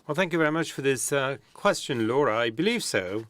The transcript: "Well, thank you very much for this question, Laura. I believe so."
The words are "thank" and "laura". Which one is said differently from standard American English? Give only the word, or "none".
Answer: none